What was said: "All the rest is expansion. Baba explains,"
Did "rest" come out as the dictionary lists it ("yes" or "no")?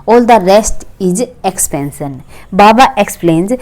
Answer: yes